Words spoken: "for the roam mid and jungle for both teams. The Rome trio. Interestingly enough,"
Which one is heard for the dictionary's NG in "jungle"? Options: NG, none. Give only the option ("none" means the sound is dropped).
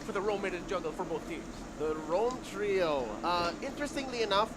none